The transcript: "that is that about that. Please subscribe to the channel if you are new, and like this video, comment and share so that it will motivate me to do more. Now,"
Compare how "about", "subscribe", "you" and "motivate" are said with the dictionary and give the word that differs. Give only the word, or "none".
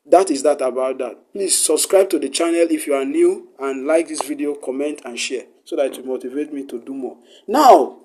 none